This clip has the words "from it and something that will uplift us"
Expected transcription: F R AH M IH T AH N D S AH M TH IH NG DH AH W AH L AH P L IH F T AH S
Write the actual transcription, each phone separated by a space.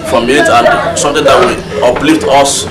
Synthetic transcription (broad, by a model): F R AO M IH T AH N D S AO M T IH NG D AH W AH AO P L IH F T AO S